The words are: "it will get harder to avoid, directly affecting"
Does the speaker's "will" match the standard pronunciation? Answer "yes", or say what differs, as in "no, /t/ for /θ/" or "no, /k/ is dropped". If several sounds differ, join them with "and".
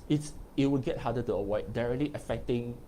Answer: no, /w/ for /l/